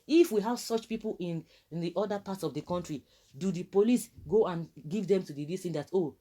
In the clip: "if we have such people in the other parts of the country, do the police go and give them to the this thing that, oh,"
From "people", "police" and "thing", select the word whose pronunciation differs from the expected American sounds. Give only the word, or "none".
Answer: thing